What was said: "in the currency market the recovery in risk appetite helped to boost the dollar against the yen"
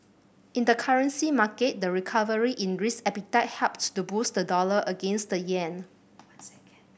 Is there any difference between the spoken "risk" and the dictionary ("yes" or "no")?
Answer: yes